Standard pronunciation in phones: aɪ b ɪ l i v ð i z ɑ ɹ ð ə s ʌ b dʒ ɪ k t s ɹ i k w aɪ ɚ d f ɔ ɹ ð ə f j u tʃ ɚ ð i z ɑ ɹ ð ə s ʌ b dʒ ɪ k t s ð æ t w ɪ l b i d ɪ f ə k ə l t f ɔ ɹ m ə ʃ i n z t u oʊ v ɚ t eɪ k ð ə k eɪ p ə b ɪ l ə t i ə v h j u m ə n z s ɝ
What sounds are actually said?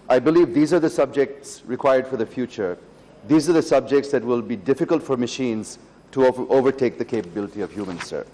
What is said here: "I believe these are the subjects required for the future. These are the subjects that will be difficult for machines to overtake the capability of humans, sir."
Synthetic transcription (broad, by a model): aɪ b ɪ l i v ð i z ɑ ɹ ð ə s ʌ b dʒ ɪ k t s ɹ i k w aɪ ɚ d f ɔ ɹ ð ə f j u tʃ ɚ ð i z ɑ ɹ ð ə s ʌ b dʒ ɪ k t s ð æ t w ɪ l b i d ɪ f ə k ə l t f ɔ ɹ m ə ʃ i n z t u oʊ v ɚ t eɪ k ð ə k eɪ p ə b ɪ l ə t i ə v h j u m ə n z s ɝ